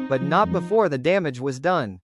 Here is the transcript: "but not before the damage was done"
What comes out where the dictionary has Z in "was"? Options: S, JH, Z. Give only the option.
Z